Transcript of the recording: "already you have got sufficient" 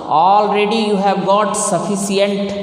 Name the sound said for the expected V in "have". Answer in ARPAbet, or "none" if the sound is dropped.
V